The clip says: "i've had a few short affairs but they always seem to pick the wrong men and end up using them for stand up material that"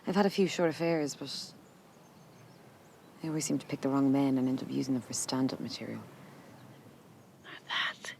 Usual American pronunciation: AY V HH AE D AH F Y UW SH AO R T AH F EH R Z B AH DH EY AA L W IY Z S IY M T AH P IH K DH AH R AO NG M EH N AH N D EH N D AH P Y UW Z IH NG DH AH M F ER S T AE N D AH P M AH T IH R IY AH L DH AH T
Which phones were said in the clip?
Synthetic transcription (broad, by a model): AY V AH D AH F Y UW SH AO R T AH F EH R Z B AH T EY AA L W IY Z S IY M T AH P IH K DH AH R AO NG M EH N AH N EH N D AH P Y UW Z IH NG DH AH M F ER S T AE N D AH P M AH T IH R IY AH L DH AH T